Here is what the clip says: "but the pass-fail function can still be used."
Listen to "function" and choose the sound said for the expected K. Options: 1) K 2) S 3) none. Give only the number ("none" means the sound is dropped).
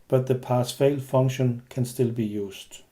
3